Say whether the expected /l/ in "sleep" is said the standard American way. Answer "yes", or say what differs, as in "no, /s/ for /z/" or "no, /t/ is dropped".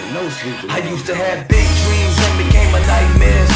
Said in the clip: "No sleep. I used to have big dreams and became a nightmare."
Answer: no, /l/ is dropped